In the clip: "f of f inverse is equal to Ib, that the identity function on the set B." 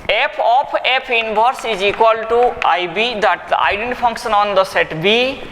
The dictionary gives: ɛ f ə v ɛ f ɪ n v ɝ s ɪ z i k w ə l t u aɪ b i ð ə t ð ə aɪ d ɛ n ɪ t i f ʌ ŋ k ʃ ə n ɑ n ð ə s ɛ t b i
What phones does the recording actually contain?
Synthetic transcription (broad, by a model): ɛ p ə p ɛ p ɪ n b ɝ s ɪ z i k w ə l t u aɪ b i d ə t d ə aɪ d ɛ n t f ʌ ŋ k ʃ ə n ɑ n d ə s ɛ t b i